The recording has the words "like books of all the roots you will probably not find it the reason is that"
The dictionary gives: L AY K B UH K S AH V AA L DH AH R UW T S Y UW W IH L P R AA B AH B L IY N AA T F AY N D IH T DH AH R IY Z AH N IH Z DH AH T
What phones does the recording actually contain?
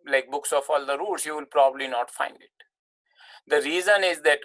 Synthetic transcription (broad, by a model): L AY K B UH K S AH F AA L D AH R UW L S Y UW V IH L P R AA B AH B L IY N AA T F AY N D IH T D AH R IY Z AH N IH Z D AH T